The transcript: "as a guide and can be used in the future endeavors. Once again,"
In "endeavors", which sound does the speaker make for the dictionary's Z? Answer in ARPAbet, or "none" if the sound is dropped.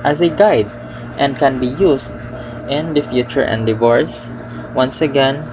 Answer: S